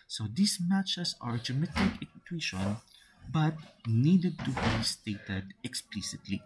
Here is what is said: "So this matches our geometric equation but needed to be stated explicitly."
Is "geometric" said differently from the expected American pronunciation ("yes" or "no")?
yes